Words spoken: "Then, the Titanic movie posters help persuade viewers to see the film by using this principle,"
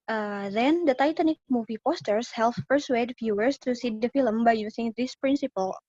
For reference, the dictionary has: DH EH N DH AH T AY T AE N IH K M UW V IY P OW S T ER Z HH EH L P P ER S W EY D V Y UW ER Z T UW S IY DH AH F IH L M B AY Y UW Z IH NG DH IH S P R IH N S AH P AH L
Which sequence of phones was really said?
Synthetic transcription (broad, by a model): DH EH N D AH T AY T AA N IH K M UW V IY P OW S T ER S HH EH L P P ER S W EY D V Y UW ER S T UW S IY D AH F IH L M B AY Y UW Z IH NG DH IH S P R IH N S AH P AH L